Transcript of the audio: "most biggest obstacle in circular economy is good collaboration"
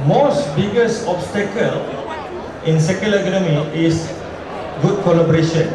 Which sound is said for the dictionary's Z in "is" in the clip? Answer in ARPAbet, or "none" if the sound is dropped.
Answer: S